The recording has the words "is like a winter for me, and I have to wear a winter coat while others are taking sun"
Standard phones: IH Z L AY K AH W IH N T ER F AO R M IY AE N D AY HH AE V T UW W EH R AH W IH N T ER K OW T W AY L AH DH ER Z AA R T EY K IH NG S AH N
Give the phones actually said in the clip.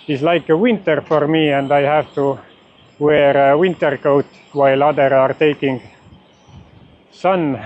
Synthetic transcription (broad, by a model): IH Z L AY K AH W IH N T ER F AO R M IY AE N D AY HH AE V T UW W EH R AH W IH N T ER K OW T W AY L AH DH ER AA R T EY K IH NG S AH N